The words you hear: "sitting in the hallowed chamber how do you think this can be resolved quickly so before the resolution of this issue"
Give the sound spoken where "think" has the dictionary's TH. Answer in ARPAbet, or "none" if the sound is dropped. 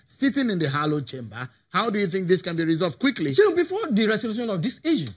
TH